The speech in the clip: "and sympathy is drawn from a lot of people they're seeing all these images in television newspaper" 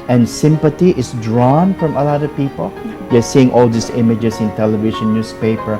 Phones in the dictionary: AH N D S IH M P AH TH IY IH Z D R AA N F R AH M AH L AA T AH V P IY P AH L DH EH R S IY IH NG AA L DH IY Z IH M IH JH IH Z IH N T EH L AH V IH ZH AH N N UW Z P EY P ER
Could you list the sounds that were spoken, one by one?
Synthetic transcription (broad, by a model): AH N S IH M P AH T IY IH S D R AA N F R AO M AH L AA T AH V P IY P AH L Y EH S IY IH NG AA L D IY S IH M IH JH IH S IH N T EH L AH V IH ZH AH N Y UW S P EY P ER